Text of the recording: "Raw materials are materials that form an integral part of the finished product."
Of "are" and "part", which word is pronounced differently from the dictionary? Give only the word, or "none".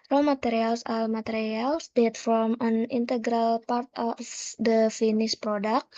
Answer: are